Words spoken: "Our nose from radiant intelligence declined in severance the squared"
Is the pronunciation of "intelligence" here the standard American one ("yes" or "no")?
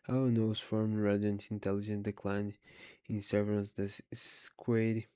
no